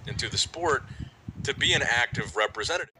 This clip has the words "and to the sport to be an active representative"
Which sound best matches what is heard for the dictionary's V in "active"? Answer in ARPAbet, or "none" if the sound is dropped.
V